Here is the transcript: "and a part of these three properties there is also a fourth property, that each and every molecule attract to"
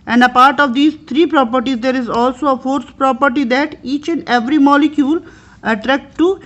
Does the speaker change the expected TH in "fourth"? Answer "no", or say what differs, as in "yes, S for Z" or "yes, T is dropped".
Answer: yes, S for TH